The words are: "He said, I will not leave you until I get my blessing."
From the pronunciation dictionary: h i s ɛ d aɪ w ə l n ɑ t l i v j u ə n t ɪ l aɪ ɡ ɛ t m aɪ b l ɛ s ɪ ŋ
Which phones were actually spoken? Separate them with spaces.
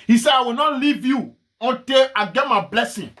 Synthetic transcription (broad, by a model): h i s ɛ aɪ w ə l n ɑ t l i v j u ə n t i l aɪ ɡ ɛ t m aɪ b l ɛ s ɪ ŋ